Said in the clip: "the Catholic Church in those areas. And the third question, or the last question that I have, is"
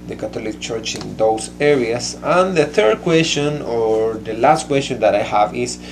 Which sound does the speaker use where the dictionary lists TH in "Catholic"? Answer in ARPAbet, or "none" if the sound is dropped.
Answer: T